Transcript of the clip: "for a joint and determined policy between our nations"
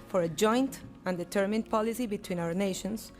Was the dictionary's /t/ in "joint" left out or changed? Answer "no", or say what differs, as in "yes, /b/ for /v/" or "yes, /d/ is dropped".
no